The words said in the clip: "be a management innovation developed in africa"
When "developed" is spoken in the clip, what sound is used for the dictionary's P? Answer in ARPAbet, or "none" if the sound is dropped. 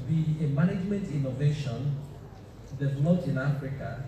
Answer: none